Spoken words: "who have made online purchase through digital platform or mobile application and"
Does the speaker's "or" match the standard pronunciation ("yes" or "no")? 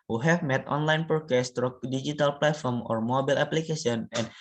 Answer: yes